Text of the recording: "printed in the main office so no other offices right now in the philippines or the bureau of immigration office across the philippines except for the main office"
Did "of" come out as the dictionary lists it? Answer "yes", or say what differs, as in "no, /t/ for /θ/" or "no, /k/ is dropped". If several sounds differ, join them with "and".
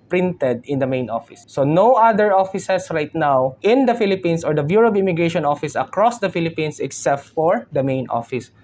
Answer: no, /b/ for /v/